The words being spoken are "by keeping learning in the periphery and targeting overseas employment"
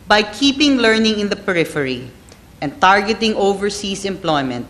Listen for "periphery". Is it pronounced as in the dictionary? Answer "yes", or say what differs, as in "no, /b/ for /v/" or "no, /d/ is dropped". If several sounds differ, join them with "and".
yes